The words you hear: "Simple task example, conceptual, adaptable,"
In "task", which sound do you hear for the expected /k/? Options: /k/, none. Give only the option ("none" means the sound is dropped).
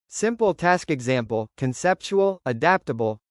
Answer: /k/